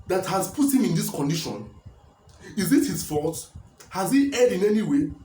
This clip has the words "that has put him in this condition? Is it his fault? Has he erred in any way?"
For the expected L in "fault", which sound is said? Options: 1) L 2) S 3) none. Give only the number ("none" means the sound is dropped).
3